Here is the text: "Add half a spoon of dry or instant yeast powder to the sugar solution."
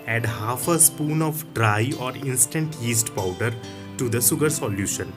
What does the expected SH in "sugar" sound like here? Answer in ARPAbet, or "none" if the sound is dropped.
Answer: S